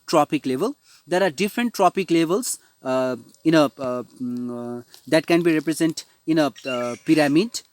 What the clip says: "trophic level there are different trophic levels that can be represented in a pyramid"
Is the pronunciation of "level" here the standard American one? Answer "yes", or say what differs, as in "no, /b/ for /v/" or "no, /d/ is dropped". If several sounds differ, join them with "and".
yes